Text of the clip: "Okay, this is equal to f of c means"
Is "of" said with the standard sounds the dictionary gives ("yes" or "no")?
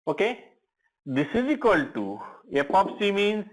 no